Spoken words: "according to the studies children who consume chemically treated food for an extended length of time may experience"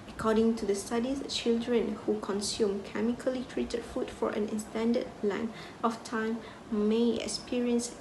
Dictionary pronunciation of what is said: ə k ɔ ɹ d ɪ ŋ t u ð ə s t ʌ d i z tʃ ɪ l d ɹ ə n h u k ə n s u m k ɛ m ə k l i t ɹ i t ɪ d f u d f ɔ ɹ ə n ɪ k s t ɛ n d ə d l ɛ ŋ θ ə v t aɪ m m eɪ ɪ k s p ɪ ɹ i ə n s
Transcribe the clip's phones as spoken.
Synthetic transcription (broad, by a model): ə k ɔ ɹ d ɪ ŋ t u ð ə s t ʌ d i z tʃ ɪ l d ɹ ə n h u k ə n s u m k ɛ m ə k l i t ɹ i t ɪ d f u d f ɔ ɹ ə n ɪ s t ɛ n d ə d l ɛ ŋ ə f t aɪ m m eɪ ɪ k s p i ɹ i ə n s